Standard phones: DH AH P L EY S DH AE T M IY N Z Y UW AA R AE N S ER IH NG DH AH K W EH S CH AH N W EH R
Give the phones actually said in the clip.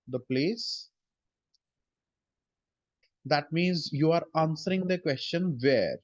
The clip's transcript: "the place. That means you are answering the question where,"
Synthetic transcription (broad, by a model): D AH P L EY S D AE T M IY N Z Y UW AA R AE N S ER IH NG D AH K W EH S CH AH N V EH R